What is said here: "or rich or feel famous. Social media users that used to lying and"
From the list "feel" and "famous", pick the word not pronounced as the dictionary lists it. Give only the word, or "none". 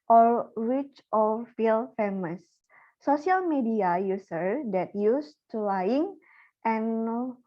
none